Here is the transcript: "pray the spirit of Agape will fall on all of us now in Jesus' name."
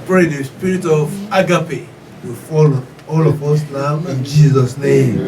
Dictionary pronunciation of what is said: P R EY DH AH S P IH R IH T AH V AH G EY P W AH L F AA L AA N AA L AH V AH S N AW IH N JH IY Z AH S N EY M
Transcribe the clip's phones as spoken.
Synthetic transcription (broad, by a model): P R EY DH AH S P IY R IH T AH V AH G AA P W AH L F AA L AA L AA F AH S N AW IH N JH IY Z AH S N EY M